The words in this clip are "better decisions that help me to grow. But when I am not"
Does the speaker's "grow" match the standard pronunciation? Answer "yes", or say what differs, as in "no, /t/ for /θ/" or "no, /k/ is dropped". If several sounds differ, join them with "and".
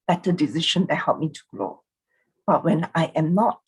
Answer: no, /l/ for /ɹ/